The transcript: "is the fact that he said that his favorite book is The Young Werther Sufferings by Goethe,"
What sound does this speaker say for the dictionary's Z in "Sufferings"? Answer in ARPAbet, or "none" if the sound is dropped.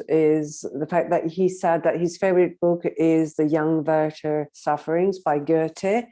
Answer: Z